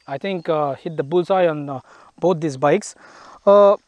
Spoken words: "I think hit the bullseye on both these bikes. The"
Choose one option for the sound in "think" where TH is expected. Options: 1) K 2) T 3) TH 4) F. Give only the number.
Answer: 2